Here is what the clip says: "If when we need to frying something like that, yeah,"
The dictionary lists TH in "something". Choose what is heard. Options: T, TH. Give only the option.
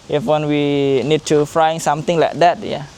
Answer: T